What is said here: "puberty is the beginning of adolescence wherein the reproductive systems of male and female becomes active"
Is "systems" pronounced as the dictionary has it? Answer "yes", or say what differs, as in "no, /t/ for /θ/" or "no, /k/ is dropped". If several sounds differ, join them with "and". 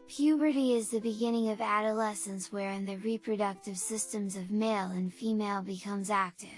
yes